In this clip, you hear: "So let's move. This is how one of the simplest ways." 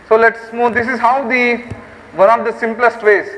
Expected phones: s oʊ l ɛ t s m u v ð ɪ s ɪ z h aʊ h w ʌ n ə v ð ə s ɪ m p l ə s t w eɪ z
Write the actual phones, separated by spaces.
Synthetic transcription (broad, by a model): s oʊ l ɛ t s m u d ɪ s ɪ z h aʊ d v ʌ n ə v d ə s ɪ m p l ə s t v eɪ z